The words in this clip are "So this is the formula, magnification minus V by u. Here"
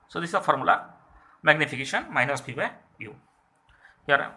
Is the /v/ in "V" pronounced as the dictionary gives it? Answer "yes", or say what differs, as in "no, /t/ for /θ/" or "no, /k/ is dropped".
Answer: no, /f/ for /v/